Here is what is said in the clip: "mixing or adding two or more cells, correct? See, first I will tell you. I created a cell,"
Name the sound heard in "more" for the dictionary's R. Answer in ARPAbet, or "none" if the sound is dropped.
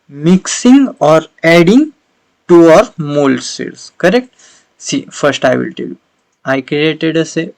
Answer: L